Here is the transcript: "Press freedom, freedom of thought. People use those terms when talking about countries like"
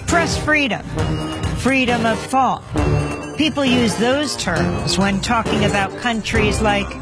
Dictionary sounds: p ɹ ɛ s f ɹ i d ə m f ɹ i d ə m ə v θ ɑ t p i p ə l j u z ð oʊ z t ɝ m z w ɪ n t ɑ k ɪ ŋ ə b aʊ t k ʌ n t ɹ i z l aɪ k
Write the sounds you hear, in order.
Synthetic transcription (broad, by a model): p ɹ ɛ s f ɹ i d ə m f ɹ i d ə m ə v θ ɑ t p i p l j u z ð oʊ z t ɝ m z w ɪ n t ɑ k ɪ ŋ ə b aʊ t k ʌ n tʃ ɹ i z l aɪ k